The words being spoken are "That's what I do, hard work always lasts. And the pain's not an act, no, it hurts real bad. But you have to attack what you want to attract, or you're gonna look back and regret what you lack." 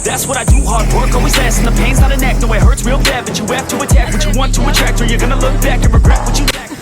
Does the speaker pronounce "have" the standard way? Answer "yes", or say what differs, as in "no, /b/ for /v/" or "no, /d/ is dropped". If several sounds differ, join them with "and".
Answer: no, /p/ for /v/